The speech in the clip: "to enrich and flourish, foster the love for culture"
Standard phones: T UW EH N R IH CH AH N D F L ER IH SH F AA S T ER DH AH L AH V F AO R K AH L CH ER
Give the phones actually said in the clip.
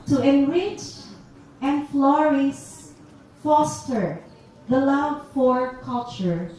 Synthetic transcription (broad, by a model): T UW EH N R IH CH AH N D F L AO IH S F AA S T ER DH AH L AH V F AO R K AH L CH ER